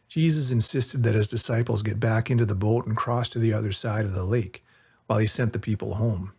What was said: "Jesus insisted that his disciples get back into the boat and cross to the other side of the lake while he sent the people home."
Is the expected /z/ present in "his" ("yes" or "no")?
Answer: yes